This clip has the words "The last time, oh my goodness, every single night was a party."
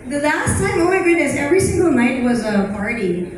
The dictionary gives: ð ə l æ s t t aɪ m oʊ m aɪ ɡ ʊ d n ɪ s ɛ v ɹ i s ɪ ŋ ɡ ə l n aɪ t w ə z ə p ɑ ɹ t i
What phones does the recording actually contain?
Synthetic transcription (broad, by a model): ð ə l æ s t s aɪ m oʊ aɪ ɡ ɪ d ɪ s ɛ v ɹ i s ɪ ŋ ɡ ə l n aɪ t w ə z ə p ɑ ɹ t i